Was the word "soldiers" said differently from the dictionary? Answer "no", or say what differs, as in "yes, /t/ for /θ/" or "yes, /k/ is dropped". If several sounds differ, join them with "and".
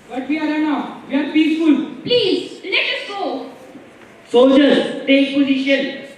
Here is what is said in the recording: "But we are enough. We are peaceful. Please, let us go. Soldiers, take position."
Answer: yes, /l/ is dropped and /s/ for /z/